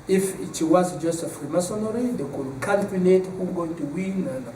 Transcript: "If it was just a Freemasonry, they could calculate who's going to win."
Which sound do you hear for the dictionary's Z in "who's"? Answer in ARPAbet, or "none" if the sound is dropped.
none